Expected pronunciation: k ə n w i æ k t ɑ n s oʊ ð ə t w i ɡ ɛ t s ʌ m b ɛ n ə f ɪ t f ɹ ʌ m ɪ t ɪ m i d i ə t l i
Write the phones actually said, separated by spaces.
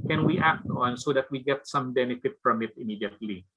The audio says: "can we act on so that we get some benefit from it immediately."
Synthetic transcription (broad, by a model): k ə n w i æ k t ɑ n s oʊ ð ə t w i ɡ ɛ t s ʌ m b ɛ n ə f ɪ t f ɹ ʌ m ɪ t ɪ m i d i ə t l i